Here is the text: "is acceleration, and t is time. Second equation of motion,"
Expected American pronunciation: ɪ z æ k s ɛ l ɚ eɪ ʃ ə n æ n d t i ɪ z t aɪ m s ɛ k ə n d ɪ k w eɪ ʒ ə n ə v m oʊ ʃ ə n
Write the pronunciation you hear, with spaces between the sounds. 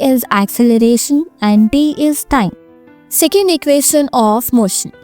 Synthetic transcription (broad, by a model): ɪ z æ k s ɛ l ɚ eɪ ʃ ə n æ n d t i ɪ z t aɪ m s ɛ k ə n d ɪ k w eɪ ʃ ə n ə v m oʊ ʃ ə n